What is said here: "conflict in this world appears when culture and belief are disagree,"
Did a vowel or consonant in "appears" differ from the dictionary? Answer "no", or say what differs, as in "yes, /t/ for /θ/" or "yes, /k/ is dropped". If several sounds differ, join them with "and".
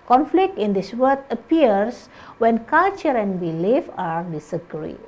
yes, /s/ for /z/